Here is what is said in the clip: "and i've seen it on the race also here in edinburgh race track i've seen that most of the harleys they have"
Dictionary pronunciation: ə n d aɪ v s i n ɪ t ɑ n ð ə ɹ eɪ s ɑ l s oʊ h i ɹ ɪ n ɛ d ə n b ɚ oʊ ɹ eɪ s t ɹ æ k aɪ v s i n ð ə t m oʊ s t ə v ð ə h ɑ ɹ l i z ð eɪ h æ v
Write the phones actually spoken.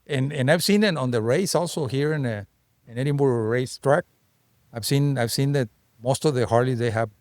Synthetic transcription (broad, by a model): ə n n aɪ v s i n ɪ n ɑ n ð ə ɹ eɪ s ɑ l s oʊ h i ɹ ɪ n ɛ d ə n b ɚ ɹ ɹ eɪ s t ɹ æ k aɪ v s i n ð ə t m oʊ s t ə v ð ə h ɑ ɹ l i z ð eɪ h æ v